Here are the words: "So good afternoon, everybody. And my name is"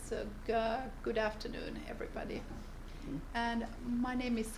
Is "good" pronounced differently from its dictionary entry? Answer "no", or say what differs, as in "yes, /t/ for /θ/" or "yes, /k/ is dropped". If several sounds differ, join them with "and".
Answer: no